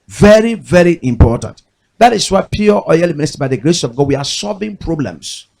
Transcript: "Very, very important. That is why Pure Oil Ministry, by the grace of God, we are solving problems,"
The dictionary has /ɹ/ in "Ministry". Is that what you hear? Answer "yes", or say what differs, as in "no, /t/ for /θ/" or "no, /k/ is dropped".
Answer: no, /ɹ/ is dropped